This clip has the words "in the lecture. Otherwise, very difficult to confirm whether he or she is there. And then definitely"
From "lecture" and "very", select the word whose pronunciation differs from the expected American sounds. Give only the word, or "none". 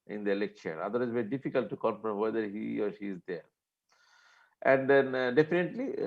lecture